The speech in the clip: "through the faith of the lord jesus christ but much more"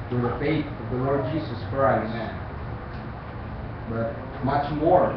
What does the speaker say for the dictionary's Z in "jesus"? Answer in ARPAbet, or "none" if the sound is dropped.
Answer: Z